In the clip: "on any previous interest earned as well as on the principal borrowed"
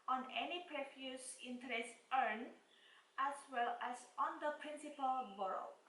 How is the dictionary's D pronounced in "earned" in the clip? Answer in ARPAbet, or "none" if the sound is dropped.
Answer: none